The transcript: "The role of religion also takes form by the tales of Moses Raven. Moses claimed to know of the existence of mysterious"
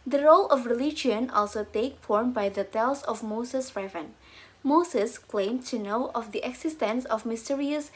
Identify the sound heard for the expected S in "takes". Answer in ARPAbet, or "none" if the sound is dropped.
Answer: none